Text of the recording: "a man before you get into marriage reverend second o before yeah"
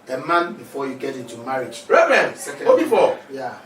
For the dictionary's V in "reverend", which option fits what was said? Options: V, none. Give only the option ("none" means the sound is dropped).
none